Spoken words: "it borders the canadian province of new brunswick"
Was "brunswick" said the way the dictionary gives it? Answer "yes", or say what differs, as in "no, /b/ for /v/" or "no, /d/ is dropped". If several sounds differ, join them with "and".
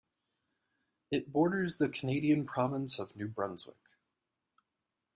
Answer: yes